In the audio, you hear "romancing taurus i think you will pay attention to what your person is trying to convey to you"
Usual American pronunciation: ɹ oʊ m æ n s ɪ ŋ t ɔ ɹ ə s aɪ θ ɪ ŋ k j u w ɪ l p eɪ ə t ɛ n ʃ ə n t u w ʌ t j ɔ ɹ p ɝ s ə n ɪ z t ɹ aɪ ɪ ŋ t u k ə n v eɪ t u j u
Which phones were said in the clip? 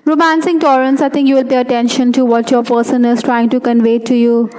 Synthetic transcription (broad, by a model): ɹ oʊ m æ n s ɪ ŋ t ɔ ɹ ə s aɪ t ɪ ŋ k j u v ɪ l p eɪ ə t ɛ n ʃ ə n t u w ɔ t j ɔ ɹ p ɝ s ə n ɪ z t ɹ aɪ ɪ ŋ t u k ə n v eɪ t u j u